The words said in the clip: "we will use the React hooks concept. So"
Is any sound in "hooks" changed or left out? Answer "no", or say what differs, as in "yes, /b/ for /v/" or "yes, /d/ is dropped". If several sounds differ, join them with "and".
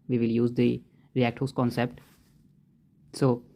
yes, /k/ is dropped